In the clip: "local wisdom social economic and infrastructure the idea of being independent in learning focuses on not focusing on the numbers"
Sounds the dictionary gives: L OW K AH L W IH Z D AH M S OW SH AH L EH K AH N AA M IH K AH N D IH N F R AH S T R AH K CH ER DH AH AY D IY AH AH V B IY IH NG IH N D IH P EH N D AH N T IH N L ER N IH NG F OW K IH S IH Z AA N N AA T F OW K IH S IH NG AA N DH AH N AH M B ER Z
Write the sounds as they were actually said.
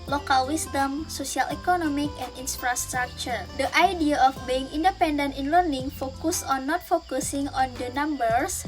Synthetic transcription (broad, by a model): L OW K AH L W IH S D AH M S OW S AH L EH K AH N AA M IH K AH N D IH N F R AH S T R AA K CH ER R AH AY D IY AH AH F B IY IH NG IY N D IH P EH N D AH N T IH N L ER N IH NG F OW K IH S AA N N AA T F OW K IH S IH NG AA N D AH N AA M B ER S